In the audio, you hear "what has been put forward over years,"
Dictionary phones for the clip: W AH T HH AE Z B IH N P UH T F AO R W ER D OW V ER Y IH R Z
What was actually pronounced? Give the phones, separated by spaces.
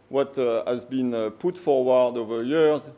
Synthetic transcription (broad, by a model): W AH T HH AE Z B IH N P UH T F AO R W ER D OW V ER Y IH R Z